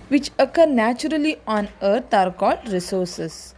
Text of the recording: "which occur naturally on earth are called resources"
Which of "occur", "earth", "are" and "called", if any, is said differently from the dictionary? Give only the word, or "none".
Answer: earth